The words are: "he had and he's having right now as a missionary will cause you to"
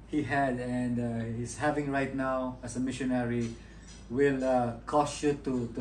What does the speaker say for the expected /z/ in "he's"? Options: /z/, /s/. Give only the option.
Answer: /s/